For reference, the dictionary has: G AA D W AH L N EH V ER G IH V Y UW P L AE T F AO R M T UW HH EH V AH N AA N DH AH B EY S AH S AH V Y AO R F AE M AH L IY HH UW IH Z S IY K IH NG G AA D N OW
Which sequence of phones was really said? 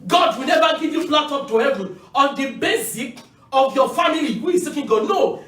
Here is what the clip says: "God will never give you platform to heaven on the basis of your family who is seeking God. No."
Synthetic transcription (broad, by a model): G AA D W AH L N EH V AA G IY V Y UW F L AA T AO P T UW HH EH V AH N AA N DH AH B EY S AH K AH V Y AO F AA M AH L IY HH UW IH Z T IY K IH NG G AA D N OW